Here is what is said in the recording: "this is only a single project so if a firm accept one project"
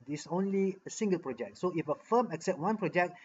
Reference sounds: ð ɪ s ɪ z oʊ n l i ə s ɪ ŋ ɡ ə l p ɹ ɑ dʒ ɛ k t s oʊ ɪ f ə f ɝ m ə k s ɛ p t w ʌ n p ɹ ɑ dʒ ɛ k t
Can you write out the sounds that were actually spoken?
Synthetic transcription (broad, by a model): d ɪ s oʊ n l i ə s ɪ ŋ ɡ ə l p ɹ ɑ dʒ ɛ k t s oʊ ɪ f ə f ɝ m ə k s ɛ p t w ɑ n p ɹ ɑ dʒ ɛ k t